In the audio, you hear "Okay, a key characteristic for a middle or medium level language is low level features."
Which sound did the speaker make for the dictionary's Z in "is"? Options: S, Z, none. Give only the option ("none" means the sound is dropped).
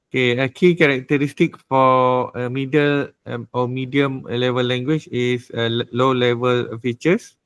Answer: S